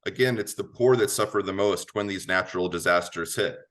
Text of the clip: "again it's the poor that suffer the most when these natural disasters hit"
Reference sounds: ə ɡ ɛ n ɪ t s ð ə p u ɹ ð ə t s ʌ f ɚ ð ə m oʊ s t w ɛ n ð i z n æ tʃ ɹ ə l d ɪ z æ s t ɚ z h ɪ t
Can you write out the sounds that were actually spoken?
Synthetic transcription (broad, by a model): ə ɡ ɛ n ɪ t s ð ə p u ɹ ð ə t s ʌ f ɚ ð ə m oʊ s t w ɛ n ð i z n æ tʃ ɹ l d ɪ z æ s t ɚ z h ɪ t